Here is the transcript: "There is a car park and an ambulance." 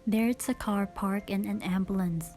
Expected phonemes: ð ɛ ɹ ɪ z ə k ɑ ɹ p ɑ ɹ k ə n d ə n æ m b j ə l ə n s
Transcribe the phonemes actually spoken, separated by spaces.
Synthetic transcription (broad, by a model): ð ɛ ɹ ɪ s ə k ɑ ɹ p ɑ ɹ k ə n ə n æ m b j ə l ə n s